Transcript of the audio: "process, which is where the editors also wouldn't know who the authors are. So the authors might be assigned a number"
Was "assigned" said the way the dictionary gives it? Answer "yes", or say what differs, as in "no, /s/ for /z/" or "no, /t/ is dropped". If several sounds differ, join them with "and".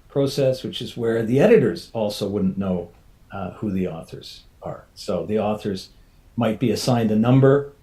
yes